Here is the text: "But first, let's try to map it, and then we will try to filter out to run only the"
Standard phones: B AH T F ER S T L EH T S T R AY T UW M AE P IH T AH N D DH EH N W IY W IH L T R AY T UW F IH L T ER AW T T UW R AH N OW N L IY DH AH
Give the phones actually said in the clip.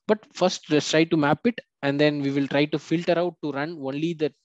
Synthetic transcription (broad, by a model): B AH T F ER S T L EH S T R AY T UW M AE P IH T AH N D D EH N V IY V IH L T R AY T UW F IH L T ER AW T T UW R AH N OW N L IY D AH